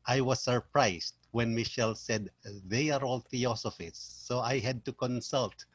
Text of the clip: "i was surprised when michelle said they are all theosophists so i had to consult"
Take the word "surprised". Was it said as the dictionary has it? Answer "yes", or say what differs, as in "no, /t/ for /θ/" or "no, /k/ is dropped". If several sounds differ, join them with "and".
no, /s/ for /z/